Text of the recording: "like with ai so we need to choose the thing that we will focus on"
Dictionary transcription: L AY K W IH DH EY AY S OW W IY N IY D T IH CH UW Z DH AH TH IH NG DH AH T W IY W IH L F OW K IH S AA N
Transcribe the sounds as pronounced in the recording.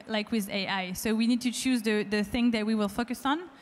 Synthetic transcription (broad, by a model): L AY K W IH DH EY AY S OW W IY N IY D T IH CH UW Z DH AH TH IH NG DH AH T W IY W IH L F OW K IH S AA N